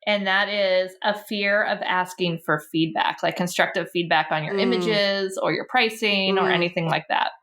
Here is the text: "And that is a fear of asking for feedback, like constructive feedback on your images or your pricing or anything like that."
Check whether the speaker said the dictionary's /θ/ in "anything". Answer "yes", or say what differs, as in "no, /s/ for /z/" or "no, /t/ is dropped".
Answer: yes